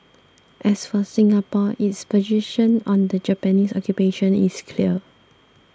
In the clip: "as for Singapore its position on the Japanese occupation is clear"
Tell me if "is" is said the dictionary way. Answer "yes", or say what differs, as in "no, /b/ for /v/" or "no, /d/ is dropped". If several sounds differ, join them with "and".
no, /s/ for /z/